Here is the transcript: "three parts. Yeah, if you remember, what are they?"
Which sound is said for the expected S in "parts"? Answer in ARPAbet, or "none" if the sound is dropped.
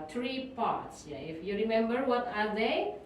S